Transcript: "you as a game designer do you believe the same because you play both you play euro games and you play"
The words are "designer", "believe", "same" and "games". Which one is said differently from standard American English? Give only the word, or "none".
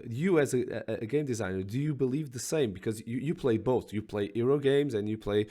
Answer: none